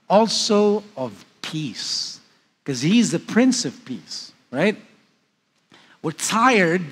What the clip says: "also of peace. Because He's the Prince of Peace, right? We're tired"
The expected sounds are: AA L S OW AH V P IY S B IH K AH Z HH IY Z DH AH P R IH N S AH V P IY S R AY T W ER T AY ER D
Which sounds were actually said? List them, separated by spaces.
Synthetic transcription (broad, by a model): AA L S OW AH V P IY S K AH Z HH IY Z DH AH P R IH N S AH V P IY S R AY T W ER T AY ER D